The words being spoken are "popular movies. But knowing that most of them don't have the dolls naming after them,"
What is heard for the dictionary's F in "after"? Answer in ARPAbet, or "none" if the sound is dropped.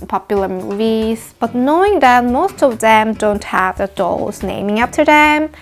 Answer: P